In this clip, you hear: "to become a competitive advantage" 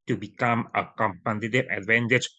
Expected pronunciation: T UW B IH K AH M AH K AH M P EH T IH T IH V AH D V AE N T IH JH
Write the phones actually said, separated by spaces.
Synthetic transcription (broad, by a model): T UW B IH K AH M AH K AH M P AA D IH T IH AH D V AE N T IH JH